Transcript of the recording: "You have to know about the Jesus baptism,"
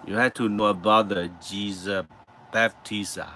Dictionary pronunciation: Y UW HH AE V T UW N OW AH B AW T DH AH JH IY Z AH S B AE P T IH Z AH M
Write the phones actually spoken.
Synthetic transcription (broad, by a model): Y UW HH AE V T UW N OW AH B AW T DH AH JH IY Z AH B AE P T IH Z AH